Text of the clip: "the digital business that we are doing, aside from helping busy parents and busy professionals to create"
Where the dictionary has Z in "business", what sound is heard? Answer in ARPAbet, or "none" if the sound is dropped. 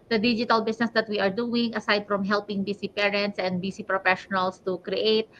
S